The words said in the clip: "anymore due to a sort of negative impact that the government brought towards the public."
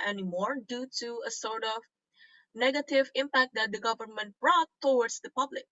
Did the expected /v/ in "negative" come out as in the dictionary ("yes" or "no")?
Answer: yes